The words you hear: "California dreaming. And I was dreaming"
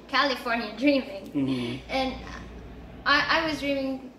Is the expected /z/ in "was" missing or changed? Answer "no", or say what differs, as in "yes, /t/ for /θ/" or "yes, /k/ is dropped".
no